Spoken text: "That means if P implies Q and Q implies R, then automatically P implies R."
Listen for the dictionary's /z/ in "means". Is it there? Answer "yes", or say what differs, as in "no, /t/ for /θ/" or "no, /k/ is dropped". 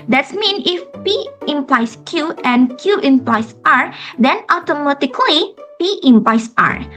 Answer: no, /z/ is dropped